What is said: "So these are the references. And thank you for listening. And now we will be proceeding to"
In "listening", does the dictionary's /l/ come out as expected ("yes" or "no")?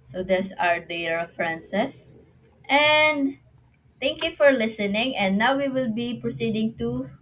yes